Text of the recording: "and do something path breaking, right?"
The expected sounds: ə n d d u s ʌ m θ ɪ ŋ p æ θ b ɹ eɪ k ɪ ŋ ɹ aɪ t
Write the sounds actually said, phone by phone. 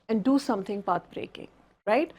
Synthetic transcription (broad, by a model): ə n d d u s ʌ m t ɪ ŋ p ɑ t b ɹ eɪ k ɪ ŋ ɹ aɪ t